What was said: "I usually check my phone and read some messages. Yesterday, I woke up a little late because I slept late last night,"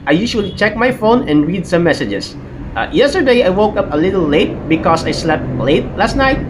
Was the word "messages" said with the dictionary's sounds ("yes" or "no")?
no